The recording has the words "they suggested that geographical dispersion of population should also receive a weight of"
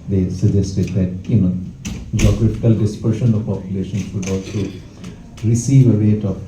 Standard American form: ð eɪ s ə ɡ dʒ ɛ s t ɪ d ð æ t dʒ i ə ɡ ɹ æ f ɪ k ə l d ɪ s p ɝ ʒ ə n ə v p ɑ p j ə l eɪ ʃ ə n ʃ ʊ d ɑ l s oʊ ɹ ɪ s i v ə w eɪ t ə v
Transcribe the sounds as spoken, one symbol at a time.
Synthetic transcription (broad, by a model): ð eɪ s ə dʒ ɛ s t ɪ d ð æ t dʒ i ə ɡ ɹ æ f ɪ k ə l d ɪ s p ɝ ʃ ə n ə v p ɑ p j ə l eɪ ʃ ə n s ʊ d ɑ l s oʊ ɹ ɪ s i v ə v eɪ t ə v